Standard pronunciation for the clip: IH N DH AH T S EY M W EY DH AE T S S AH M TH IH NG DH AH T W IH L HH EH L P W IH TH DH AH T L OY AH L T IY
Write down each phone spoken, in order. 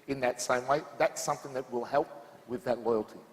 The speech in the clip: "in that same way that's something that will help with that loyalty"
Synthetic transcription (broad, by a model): IH N DH AH T S EY M W EY DH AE T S S AH M TH IH NG DH AH T W IH L HH EH L P W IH DH AH T L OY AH L T IY